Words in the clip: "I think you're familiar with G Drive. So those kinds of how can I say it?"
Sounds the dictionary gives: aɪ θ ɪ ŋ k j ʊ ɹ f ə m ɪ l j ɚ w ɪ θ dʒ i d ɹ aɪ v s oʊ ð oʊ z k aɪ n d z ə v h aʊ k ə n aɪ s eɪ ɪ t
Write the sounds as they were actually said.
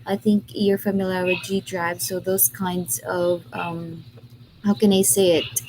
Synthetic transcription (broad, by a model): aɪ θ ɪ ŋ k j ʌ ɹ f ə m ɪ l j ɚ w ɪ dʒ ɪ d ɹ aɪ v s oʊ ð oʊ z k aɪ n d z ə v h aʊ k ə n aɪ s eɪ ɪ t